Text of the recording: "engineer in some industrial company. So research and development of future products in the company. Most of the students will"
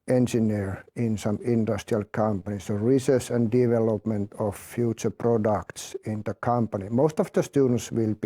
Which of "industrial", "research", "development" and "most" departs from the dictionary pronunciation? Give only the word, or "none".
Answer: research